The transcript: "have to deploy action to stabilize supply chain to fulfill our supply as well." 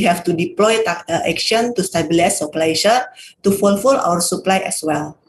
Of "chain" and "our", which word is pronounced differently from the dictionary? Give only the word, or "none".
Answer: chain